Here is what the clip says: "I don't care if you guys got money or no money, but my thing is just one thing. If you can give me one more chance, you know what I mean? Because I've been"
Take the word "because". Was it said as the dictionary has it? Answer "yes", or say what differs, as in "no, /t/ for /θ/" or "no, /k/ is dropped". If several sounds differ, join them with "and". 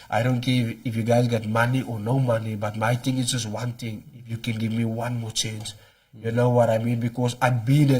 no, /s/ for /z/